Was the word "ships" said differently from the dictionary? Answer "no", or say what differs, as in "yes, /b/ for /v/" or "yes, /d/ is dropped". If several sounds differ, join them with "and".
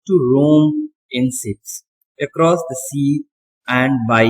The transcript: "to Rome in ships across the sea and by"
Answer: yes, /s/ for /ʃ/